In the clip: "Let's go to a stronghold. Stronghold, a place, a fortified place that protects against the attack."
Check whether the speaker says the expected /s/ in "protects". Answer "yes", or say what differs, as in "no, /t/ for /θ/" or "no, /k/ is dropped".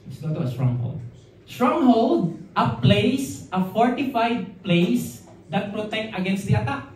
no, /s/ is dropped